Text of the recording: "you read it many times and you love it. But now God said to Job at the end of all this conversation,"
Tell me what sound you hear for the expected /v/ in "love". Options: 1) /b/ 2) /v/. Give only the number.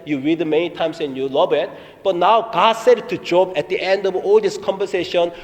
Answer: 1